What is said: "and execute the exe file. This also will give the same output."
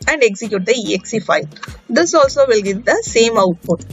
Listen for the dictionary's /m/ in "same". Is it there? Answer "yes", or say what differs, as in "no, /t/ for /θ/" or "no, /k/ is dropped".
yes